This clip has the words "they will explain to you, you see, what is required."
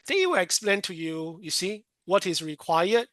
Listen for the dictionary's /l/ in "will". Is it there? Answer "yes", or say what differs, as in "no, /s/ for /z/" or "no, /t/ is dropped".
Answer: no, /w/ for /l/